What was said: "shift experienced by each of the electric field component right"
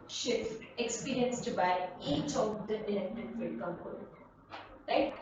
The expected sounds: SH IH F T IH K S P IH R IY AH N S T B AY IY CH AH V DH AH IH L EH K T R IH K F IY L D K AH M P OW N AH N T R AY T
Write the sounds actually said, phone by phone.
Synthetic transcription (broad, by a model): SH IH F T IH K S P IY R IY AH N S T B AY IY CH AH V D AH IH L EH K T IH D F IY D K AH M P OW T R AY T